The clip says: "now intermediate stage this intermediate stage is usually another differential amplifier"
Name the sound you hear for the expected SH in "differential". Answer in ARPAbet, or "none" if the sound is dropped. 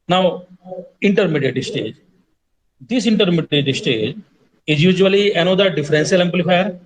S